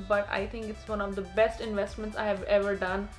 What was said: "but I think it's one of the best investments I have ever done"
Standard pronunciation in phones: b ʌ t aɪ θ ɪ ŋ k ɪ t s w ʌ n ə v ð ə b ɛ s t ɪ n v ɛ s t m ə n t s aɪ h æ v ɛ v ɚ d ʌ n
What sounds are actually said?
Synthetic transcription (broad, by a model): b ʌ t aɪ t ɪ ŋ k ɪ t s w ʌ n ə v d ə b ɛ s t ɪ n v ɛ s t m ə n t s aɪ h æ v ɛ v ɚ d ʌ n